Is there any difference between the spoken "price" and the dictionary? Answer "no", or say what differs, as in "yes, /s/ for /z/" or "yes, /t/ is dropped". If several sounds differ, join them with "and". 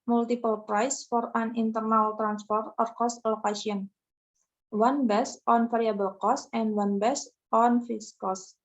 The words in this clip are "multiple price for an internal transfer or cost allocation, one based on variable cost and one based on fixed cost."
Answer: no